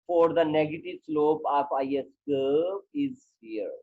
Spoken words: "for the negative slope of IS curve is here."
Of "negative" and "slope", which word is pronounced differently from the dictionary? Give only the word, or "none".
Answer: none